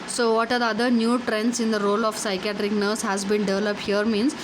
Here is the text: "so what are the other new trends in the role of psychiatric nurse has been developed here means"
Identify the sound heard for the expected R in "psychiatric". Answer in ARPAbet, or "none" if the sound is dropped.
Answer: R